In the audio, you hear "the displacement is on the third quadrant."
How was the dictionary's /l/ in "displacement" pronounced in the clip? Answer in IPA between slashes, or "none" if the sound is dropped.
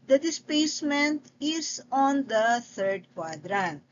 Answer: none